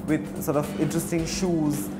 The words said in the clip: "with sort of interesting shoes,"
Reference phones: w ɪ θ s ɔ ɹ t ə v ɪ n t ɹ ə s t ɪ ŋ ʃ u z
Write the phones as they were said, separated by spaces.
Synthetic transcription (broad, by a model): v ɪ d s ɔ ɹ t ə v ɪ n t ɹ ə s t ɪ ŋ ʃ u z